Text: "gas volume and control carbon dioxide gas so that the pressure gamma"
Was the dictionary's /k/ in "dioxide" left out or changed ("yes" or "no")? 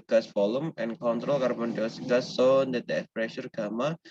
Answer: yes